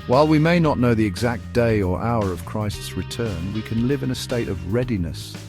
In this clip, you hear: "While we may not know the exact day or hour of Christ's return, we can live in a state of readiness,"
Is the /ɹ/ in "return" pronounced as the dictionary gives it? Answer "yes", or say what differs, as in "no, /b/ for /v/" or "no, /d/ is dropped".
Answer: yes